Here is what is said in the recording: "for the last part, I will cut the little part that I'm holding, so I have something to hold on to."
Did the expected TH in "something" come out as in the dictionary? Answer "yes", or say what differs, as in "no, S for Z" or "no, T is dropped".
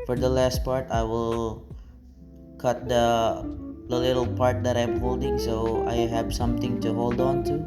no, T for TH